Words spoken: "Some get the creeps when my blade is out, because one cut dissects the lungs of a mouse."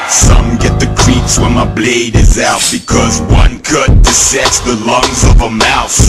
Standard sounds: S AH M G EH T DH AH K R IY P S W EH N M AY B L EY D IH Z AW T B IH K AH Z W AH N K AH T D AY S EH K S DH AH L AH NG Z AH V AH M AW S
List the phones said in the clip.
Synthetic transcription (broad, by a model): S AH M G EH T DH AH K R IY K S W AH N M AY B L EY D IH Z AW T B IH K AH Z W AH N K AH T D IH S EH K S DH AH L AH NG Z AH V AH M AW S